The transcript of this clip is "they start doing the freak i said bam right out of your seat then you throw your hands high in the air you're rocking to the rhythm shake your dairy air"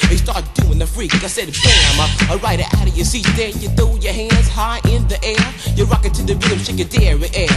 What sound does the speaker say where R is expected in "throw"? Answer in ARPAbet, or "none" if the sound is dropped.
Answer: none